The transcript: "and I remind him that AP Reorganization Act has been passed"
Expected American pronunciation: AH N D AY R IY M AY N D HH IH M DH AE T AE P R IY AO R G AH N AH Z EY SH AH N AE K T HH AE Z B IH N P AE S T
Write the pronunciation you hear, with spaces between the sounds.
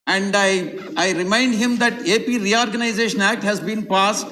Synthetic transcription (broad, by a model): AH N D AY R IY M AY N D HH IH M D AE T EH P R IY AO R G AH N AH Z EY SH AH N AE K T HH AE Z B IH N P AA S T